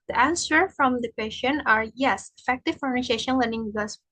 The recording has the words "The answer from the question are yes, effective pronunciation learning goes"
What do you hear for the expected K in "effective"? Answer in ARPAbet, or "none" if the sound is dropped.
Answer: K